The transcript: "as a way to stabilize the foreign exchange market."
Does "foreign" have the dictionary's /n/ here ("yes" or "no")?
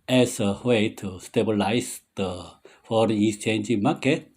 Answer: no